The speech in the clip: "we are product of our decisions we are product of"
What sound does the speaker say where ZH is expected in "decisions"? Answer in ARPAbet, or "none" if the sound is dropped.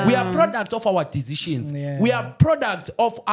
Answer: SH